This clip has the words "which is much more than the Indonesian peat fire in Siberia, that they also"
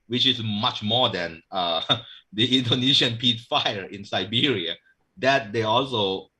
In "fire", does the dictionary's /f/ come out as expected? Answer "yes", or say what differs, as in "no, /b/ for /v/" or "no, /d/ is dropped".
yes